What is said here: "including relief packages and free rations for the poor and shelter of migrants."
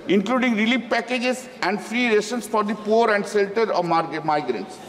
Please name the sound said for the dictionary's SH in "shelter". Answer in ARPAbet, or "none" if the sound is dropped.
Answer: S